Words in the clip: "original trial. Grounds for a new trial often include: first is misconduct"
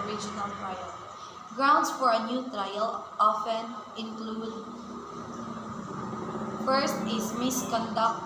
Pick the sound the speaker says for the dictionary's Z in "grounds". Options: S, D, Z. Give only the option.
S